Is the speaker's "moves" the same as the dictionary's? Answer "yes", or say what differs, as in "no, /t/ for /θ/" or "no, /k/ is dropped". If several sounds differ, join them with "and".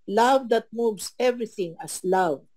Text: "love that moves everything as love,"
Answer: no, /s/ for /z/